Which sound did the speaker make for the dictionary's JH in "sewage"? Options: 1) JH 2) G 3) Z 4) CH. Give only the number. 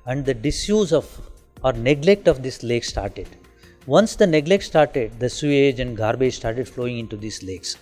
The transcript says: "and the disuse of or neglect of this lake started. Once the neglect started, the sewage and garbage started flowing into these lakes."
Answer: 1